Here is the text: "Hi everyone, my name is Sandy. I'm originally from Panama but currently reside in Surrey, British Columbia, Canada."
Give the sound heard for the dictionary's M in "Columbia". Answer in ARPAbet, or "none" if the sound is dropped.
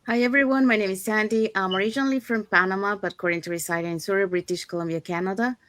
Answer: M